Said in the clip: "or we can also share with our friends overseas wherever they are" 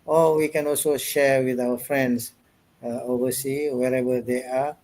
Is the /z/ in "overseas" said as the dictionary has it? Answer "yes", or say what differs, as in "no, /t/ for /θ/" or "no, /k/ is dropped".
no, /z/ is dropped